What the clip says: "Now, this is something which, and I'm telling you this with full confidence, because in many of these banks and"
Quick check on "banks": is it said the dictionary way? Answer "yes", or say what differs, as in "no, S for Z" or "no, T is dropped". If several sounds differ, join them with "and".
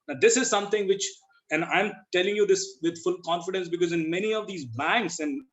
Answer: yes